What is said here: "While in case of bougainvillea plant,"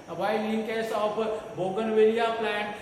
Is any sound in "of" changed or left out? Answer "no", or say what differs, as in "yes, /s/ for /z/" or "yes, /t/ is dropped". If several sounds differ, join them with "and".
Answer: yes, /p/ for /v/